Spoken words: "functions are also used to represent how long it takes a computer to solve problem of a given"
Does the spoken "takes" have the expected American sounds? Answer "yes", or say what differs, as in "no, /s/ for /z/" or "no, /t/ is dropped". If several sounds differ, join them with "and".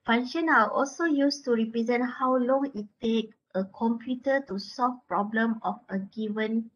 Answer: no, /s/ is dropped